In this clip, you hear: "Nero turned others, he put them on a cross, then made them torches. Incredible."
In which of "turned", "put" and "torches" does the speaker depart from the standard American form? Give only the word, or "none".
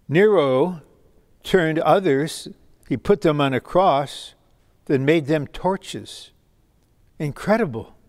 none